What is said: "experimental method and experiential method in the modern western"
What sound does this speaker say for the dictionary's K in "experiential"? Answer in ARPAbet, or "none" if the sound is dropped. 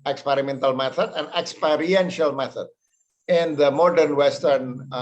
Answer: K